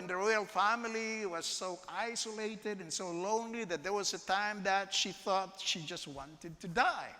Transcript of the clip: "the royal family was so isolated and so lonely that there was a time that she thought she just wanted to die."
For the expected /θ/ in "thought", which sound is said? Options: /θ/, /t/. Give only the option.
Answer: /θ/